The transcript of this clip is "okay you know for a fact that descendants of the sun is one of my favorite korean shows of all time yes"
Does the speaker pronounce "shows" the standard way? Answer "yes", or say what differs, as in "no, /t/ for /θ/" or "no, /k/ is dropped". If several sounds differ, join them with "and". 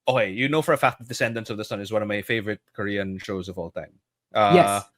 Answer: yes